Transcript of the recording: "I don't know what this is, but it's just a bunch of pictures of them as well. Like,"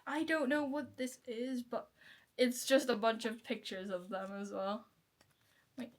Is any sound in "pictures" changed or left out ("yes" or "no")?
no